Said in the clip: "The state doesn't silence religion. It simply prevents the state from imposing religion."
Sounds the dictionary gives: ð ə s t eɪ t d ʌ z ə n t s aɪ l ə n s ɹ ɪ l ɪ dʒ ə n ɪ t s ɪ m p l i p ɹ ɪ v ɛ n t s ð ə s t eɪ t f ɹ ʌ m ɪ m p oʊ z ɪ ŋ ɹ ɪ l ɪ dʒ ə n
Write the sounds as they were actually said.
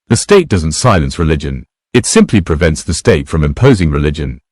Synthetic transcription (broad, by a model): ð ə s t eɪ t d ʌ z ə n t s aɪ l ə n s ɹ ɪ l ɪ dʒ ə n ɪ t s ɪ m p l i p ɹ ɪ v ɛ n t s ð ə s t eɪ t f ɹ ʌ m ɪ m p oʊ z ɪ ŋ ɹ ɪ l ɪ dʒ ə n